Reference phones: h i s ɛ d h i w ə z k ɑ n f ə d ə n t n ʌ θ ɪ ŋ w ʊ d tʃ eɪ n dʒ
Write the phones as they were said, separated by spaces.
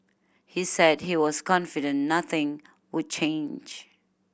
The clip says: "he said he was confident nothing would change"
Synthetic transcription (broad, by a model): h i s ɛ d h i w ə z k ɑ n f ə d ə n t n ʌ θ ɪ ŋ w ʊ d tʃ eɪ n dʒ